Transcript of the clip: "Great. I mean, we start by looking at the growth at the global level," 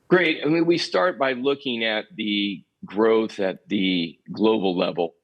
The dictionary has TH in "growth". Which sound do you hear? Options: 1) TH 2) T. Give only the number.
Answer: 1